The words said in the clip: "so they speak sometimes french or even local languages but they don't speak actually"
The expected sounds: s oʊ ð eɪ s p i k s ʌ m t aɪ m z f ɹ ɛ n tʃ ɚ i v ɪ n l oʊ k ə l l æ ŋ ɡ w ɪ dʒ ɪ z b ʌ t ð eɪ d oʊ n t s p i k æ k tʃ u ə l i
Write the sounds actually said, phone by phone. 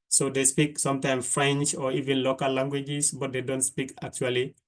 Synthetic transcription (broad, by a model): s oʊ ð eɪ s p i k s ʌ m t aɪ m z f ɹ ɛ n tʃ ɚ i v ɪ n l oʊ k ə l l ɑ ŋ ɡ w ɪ dʒ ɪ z b ʌ t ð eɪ d oʊ n t s p i k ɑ k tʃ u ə l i